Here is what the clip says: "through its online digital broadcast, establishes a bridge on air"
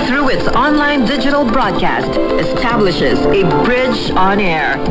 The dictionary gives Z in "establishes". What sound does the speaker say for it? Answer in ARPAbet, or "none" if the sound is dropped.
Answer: Z